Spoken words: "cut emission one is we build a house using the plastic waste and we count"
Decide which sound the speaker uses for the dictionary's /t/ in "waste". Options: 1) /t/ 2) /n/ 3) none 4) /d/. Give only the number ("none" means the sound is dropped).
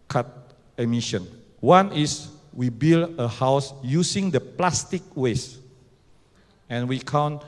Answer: 3